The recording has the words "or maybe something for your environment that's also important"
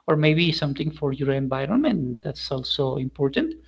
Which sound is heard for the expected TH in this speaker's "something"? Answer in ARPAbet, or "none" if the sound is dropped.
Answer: T